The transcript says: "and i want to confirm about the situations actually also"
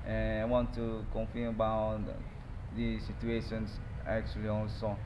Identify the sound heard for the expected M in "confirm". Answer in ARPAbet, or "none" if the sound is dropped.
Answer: none